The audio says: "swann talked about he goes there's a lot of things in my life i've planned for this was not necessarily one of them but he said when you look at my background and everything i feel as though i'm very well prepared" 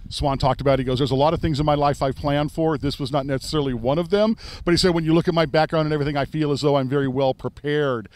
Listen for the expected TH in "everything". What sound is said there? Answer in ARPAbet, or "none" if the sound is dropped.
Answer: TH